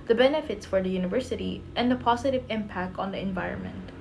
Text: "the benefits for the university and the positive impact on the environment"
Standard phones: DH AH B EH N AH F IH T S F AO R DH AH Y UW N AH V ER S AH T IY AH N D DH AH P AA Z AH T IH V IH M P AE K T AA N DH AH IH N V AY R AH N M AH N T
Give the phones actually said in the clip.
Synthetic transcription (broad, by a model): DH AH B EH N AH F IH T S F AO R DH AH Y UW N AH V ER S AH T IY AH N D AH P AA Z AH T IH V IH M P AE K T AA N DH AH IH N V AY R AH N M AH N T